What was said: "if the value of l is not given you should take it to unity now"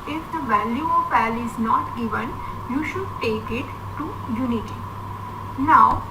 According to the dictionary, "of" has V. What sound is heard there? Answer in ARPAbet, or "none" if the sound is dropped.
P